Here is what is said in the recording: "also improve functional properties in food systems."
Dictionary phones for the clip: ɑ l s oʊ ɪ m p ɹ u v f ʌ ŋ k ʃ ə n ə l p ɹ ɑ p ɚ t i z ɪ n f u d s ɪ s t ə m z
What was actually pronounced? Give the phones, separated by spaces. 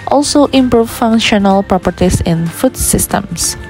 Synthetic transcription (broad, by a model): ɑ l s oʊ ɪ m p ɹ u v f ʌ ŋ ʃ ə n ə l p ɹ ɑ p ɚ t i s ɪ n f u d s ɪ s t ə m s